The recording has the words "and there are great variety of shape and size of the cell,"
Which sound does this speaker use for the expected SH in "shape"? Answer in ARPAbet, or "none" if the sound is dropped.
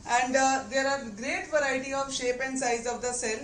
SH